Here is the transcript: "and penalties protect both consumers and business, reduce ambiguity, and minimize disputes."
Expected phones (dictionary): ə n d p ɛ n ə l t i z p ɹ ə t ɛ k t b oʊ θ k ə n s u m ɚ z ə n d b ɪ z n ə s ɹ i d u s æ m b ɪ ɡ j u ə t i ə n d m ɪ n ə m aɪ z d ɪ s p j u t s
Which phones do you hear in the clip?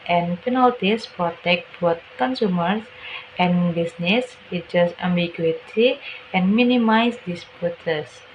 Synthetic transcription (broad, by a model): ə n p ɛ n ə l t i s p ɹ ə t ɛ k t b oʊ t k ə n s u m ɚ s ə n b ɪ s n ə s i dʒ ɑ s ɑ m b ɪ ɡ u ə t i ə n m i n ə m aɪ s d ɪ s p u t s